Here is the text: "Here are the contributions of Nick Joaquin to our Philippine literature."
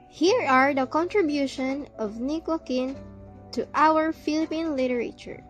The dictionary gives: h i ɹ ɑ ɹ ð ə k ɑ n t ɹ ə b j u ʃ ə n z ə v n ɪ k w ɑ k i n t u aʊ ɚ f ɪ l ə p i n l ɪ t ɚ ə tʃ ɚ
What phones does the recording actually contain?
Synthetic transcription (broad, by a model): h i ɹ ɑ ɹ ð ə k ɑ n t ɹ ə b j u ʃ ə n ə v n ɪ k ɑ k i n t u aʊ ɚ f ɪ l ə p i n l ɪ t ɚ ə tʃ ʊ